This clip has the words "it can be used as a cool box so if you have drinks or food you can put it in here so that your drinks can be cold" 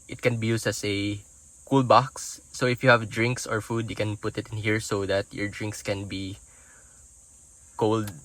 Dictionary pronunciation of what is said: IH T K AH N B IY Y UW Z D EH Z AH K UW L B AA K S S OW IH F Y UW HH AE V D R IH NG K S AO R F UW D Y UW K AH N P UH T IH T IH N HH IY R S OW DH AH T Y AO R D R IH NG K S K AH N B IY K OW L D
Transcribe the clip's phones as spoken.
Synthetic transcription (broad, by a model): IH T K AH N B IY Y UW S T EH S AH K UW L B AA K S S OW IH F Y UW HH AE V D R IH NG K S AO R F UW D Y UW K AH N P UH T IH T IH N HH IY R S OW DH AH T Y AO R D R IH NG K S K AH N B IY K OW L D